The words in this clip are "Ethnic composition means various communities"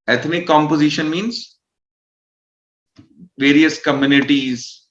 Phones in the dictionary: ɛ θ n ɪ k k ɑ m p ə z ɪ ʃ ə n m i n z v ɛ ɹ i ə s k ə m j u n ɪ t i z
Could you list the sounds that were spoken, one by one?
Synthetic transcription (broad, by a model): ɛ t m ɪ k k ɑ m p ə z ɪ ʃ ə n m i n z v ɛ ɹ i ə s k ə m j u n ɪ t i z